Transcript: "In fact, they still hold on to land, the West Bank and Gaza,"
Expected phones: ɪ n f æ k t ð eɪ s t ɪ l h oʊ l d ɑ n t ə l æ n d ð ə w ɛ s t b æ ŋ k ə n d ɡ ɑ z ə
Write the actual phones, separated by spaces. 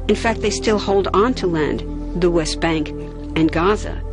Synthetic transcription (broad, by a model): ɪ n f æ k t ð eɪ s t ɪ l h oʊ l d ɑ n t ə l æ n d ð ə w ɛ s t b æ ŋ k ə n ɡ ɑ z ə